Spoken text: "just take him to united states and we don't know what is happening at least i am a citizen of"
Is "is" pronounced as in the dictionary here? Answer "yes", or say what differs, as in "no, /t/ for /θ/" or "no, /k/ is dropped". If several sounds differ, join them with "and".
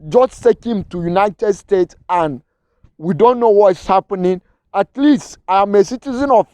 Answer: no, /s/ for /z/